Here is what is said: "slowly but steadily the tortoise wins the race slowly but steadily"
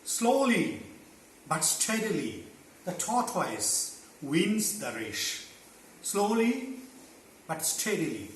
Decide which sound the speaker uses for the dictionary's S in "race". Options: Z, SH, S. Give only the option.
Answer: SH